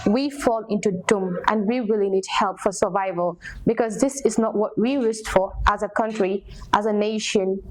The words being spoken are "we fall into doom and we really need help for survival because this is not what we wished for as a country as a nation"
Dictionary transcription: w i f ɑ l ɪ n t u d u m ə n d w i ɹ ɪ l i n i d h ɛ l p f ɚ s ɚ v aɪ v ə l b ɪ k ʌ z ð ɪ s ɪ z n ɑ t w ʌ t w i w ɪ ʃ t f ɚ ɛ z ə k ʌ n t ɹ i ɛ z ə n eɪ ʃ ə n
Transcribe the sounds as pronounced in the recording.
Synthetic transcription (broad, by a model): w i f ɑ l ɪ n t u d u m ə n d w i w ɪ l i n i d h ɛ l p f ɚ s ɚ v aɪ v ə l b ɪ k ʌ z ð ɪ s ɪ z n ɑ t w ʌ t w i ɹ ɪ s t f ɚ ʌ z ə k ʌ n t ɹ i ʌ z ə n eɪ ʃ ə n